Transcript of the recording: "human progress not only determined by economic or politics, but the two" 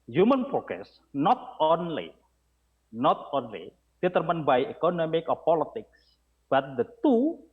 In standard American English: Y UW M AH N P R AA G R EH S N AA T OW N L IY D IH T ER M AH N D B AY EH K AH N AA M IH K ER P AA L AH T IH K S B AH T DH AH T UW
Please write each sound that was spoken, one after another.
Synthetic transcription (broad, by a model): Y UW M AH N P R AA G EH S N AA T OW N L IY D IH T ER M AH N B AY EH K AH N AA M IH K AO P AA L AH T IH K S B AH T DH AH T UW